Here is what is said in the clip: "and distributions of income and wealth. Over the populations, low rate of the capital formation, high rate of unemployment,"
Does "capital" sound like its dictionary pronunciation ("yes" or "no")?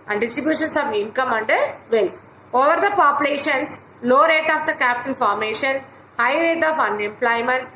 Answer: no